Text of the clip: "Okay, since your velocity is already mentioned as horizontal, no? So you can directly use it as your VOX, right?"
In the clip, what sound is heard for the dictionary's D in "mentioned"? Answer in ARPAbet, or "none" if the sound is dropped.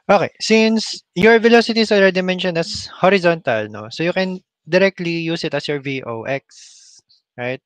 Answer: none